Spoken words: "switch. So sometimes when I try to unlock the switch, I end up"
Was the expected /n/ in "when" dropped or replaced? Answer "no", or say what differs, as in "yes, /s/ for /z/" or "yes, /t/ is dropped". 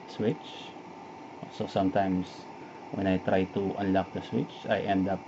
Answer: no